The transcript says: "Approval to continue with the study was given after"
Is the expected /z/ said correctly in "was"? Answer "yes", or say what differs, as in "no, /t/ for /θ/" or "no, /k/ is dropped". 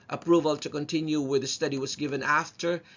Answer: yes